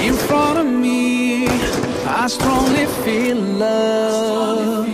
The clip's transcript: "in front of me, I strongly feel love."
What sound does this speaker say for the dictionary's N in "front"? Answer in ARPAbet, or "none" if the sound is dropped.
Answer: none